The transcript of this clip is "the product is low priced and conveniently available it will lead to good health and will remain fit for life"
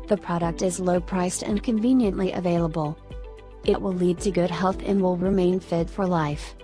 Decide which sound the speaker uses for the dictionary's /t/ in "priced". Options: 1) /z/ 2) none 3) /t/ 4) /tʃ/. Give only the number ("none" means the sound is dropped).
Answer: 3